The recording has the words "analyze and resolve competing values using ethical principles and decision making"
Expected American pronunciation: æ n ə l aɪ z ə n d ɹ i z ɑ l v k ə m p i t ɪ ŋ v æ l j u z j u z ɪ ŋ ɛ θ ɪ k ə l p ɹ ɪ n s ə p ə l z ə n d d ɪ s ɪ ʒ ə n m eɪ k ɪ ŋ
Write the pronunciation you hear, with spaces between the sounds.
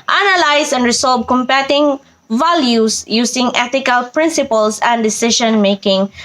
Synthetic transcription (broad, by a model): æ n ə l aɪ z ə n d ɹ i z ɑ l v k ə m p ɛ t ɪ ŋ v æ l j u s j u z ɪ ŋ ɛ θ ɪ k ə l p ɹ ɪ n s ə p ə l s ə n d d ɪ s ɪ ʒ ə n m eɪ k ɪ ŋ